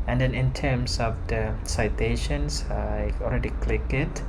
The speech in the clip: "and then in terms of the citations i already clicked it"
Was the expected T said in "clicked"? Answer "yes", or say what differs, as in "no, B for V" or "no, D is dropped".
no, T is dropped